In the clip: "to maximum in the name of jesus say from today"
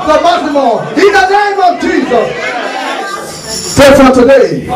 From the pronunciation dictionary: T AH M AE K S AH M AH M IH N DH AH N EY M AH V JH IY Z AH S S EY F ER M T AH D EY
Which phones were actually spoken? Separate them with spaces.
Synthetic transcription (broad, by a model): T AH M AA S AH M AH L IH N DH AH N EY M AH V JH IY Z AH S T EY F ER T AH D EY